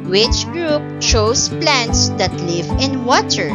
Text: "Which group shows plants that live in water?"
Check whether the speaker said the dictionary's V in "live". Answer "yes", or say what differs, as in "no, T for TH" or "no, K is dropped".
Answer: yes